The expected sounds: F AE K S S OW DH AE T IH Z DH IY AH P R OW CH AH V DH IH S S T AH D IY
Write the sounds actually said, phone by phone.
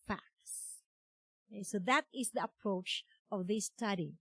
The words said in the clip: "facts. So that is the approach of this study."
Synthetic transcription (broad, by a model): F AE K S S OW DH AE T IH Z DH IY AH P R OW CH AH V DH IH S S T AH D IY